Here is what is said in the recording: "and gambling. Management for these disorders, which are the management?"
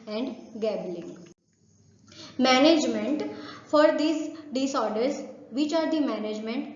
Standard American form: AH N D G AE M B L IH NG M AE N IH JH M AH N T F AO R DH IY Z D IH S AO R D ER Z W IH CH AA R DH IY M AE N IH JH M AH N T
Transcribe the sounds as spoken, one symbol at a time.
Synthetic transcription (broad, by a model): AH N D G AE B L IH NG M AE N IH JH M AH N T F AO R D IY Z D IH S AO R D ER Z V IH CH AA R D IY M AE N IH JH M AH N T